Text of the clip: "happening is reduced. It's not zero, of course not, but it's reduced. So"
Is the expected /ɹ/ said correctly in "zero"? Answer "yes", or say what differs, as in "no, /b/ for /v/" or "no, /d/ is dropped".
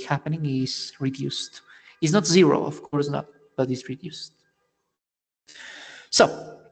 yes